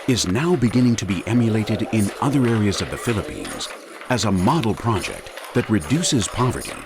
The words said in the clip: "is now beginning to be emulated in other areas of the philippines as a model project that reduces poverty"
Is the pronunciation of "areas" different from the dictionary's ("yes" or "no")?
no